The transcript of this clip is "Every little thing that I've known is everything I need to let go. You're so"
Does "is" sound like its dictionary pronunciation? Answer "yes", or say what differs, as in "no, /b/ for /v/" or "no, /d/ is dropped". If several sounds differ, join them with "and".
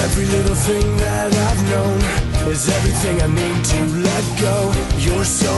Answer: yes